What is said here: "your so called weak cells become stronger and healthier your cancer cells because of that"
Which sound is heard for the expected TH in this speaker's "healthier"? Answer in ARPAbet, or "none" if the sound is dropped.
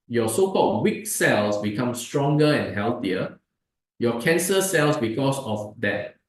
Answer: T